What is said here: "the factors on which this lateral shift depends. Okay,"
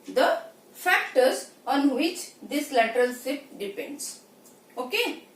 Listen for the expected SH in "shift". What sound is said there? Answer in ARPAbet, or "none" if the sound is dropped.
S